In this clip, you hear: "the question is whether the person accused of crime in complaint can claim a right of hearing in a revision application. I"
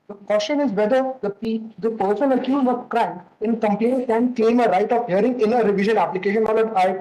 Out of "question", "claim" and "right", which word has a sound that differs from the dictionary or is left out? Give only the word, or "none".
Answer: claim